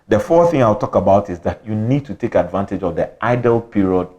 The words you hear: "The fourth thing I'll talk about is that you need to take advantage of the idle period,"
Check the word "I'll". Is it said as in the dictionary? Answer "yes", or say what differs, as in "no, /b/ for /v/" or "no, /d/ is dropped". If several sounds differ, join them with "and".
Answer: no, /w/ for /l/